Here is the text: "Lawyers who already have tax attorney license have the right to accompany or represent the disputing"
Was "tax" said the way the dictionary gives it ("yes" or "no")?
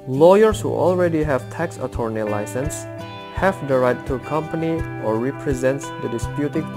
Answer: yes